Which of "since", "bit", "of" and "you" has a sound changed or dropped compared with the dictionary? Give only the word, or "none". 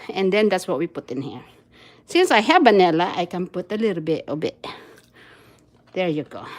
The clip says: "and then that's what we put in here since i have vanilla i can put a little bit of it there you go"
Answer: of